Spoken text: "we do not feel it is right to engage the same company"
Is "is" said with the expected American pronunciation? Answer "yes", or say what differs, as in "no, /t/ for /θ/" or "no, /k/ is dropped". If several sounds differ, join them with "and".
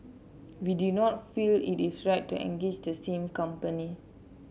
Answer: no, /s/ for /z/